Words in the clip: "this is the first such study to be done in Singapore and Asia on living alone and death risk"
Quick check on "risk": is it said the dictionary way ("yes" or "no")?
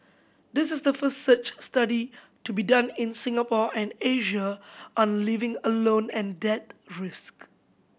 yes